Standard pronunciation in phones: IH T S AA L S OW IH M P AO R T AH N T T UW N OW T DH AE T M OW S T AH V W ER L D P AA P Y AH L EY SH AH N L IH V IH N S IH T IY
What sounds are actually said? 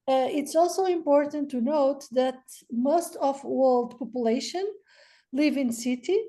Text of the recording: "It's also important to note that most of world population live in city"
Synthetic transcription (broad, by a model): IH T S AA L S OW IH M P AO R T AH N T T UW N OW T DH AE T M OW S T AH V W ER L D P AA P Y AH L EY SH AH N L IH V IH N S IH T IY